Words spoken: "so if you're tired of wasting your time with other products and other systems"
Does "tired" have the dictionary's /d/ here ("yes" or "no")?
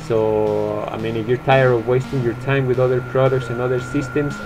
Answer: no